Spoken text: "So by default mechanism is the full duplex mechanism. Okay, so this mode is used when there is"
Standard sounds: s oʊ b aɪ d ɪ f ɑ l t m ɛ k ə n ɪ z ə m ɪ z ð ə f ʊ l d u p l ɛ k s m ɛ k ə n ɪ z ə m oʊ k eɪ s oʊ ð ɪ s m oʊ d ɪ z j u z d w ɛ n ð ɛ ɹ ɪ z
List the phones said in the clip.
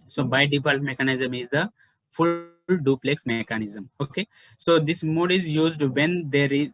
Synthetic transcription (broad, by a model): s oʊ b aɪ d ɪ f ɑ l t m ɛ k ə n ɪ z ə m ɪ z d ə f ʊ l d u p l ɛ k s m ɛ k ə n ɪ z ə m oʊ k eɪ s oʊ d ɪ s m oʊ d ɪ z j u z d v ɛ n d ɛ ɹ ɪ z